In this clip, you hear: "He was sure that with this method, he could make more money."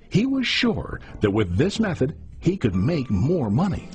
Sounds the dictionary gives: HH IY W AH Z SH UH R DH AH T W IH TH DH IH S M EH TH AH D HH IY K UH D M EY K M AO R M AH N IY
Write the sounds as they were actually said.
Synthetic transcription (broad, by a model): HH IY W AH Z SH UH R DH AH T W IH DH IH S M EH TH AH D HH IY K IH D M EY K M AO R M AH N IY